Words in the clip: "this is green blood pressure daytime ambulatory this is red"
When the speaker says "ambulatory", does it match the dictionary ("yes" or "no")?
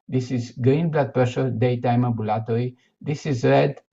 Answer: no